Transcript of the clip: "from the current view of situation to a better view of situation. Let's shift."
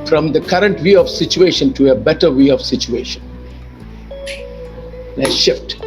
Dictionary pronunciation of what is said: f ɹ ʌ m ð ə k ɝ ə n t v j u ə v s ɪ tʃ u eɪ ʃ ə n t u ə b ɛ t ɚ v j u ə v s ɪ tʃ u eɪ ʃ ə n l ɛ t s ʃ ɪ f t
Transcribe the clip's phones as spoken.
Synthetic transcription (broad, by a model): f ɹ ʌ m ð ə k ɝ ə n t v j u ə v s ɪ tʃ u eɪ ʃ ə n t u ə b ɛ t ɚ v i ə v s ɪ tʃ u eɪ ʃ ə n n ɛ ʃ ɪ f t